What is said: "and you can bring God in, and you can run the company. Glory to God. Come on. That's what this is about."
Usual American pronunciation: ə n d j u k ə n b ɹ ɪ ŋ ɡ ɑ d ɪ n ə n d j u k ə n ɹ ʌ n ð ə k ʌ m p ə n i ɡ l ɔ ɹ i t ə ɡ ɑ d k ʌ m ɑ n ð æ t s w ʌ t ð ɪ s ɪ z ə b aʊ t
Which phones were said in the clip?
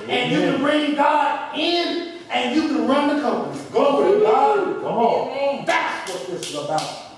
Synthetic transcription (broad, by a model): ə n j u k ə n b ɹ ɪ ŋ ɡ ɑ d ɪ n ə n j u k ə n ɹ ʌ n ð ə k ʌ m p ə n i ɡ ɔ i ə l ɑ k ʌ m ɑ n ð æ t s w ʌ t ð ɪ s ɪ z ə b aʊ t